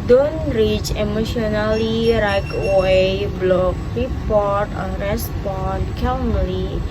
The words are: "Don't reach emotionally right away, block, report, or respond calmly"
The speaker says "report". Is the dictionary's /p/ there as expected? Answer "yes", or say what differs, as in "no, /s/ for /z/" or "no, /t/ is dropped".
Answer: yes